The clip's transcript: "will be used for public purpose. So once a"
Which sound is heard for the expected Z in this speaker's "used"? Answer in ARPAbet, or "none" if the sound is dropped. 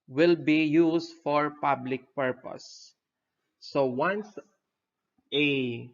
S